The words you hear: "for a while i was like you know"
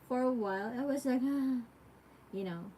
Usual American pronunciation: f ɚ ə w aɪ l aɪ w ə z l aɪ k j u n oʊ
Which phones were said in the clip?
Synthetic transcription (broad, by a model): f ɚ ə w aɪ l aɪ w ə z l aɪ k j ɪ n oʊ